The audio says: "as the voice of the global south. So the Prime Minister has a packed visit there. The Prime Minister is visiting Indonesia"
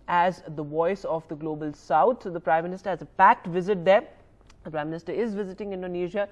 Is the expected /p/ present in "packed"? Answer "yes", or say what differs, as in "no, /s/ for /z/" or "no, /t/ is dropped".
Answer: yes